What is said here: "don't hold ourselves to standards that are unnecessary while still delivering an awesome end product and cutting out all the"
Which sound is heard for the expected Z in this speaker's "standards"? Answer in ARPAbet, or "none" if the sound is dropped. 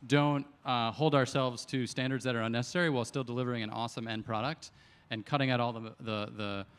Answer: Z